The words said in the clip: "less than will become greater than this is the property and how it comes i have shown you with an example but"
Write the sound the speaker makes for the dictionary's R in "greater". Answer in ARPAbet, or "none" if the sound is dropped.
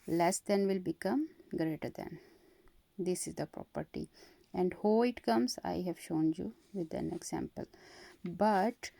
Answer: R